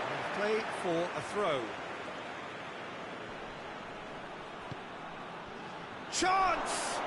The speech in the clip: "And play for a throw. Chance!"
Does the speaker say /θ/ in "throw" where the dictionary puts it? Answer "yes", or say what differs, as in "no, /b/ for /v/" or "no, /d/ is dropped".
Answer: yes